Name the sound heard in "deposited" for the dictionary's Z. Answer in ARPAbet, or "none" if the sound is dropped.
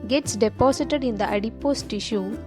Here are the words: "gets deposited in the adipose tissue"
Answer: S